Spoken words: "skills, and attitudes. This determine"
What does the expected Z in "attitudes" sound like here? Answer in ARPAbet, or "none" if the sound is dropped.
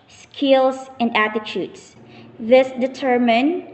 S